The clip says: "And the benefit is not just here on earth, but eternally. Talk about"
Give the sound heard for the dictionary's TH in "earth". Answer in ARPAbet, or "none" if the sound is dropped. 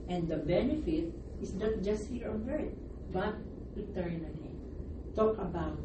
T